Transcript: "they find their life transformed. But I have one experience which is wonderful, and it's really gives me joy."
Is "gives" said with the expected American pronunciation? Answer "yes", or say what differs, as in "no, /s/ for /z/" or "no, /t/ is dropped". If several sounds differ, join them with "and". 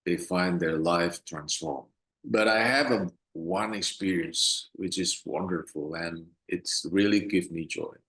no, /z/ is dropped